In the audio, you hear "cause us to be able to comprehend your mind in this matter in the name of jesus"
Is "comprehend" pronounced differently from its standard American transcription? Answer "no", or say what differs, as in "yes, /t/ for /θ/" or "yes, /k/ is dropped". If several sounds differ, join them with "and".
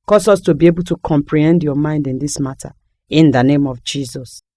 no